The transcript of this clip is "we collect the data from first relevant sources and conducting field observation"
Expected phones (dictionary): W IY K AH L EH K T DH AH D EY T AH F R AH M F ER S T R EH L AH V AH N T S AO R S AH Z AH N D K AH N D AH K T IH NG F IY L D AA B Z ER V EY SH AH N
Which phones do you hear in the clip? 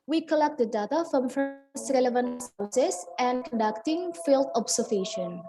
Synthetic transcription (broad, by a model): W IY K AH L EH K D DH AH D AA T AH F R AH M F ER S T R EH L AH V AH N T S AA W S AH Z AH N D K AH N D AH K T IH NG F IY L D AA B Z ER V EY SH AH N